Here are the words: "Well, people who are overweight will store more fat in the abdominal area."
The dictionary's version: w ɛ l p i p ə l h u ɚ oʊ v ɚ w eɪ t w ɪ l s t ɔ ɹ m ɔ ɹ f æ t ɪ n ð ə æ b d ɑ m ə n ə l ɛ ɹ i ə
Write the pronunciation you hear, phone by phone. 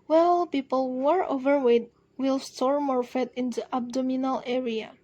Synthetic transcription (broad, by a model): w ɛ l p i p ə l ɚ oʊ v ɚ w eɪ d w ɪ l s t ɔ ɹ m ɔ ɹ f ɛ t ɪ n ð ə æ b d ɑ m ə n ə l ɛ ɹ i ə